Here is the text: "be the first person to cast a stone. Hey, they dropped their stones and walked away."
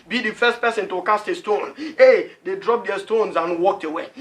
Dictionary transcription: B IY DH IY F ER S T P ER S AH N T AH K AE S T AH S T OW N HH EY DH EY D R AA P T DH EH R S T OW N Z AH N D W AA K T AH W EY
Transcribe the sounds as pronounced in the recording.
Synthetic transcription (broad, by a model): B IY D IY F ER S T P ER S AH N T AH K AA S T AH S T OW N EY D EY D R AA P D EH S T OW N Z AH N W AA K T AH W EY